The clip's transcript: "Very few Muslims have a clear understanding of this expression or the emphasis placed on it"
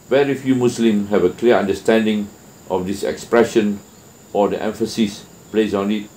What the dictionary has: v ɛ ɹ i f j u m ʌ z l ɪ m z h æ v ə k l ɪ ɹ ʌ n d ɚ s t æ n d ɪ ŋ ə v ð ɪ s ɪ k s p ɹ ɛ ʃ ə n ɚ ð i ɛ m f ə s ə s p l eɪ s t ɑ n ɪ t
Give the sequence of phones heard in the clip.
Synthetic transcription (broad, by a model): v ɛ ɹ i f j u m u s l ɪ m h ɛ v ə k l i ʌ n d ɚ s t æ n d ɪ ŋ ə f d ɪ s ɪ k s p ɹ ɛ ʃ ə n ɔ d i ɛ m f ə s ə s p l eɪ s ɑ n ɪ t